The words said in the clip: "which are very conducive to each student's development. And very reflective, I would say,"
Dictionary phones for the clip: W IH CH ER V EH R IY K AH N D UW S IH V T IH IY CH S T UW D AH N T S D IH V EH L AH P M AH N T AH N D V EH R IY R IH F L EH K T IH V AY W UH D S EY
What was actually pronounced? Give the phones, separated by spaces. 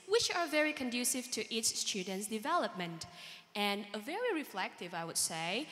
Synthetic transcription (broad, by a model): W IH CH ER V EH R IY K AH N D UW S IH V T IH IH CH S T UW D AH N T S D IH V EH L AH P M AH N T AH N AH V EH R IY R IH F L EH K T IH V AY W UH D S EY